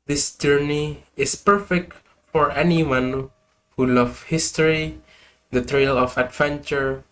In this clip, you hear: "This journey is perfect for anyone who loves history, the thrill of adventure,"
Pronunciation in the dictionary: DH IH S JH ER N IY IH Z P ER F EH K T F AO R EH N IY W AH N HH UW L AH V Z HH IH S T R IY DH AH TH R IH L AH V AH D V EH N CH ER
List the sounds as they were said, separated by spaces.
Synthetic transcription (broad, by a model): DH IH S JH ER N IY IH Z P ER F EH K T F AO R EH N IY W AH N HH UW L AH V HH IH S T R IY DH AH T R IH L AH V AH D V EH N CH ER